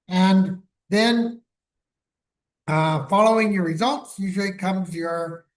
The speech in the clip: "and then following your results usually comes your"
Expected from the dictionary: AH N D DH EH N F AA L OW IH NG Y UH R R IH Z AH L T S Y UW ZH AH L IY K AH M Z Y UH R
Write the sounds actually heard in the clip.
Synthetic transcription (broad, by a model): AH N DH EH N F AA L OW IH NG Y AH R R IH Z AH L T S Y UW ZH L IY K AH M Z Y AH R